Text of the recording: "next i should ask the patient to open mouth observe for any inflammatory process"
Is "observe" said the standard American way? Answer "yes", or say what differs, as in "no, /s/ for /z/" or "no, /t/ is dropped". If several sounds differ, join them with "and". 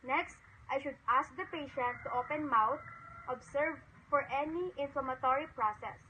no, /s/ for /z/